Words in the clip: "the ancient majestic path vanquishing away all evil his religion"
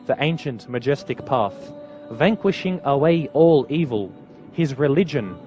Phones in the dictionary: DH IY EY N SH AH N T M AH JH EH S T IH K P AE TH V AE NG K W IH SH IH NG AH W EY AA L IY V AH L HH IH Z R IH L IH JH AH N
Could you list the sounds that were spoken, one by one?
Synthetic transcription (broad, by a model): DH IY EY N SH AH N T M AH JH EH S T IH K P AE TH V AE NG K W IH SH IH NG AH W EY AA L IY V AH L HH IH Z R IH L IH JH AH N